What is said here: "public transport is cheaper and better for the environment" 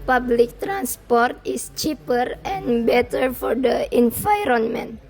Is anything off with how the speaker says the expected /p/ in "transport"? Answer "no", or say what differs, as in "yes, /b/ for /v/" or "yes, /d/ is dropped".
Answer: no